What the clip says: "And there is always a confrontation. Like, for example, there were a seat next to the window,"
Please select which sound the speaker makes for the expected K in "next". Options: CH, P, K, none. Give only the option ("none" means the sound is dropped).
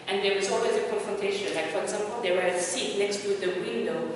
K